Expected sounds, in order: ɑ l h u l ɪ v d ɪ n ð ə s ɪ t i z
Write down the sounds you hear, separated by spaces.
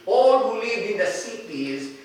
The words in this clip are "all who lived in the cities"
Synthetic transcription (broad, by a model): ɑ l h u l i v ɪ n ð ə s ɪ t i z